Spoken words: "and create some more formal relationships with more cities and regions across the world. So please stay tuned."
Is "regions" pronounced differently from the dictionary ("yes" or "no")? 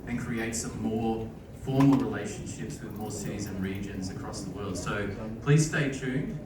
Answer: no